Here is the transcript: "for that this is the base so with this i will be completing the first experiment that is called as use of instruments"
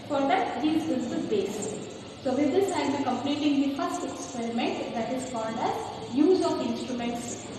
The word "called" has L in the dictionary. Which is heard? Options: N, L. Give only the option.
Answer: N